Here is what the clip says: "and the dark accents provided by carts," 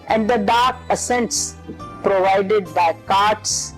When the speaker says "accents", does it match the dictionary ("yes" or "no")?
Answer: no